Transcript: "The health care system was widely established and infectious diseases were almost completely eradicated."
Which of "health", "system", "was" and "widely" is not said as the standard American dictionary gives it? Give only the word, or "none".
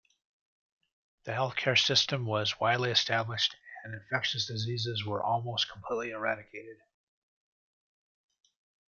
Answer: none